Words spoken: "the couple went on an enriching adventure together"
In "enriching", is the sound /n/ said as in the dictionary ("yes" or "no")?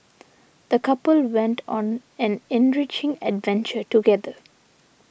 yes